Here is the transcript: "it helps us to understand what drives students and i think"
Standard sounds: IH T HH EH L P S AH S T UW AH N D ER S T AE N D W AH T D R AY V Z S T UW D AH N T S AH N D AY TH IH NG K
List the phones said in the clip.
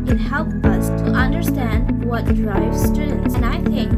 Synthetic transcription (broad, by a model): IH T HH EH L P AH S T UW AH N D ER S T AE N D W AH T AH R AY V S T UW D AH N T S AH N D AY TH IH NG K